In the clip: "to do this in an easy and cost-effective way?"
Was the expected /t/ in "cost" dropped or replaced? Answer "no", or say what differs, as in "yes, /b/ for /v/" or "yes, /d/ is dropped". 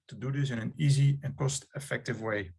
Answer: no